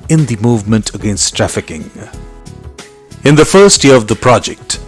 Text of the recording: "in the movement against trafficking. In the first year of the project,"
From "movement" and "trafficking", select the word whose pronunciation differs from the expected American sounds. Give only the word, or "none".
none